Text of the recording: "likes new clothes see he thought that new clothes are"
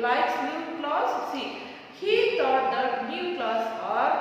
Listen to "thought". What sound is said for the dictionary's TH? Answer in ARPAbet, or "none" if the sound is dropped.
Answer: T